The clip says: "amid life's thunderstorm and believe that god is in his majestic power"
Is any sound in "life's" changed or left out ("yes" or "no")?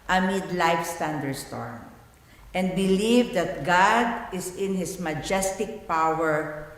no